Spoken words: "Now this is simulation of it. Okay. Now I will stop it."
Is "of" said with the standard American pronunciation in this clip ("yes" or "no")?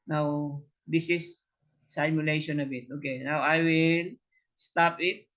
no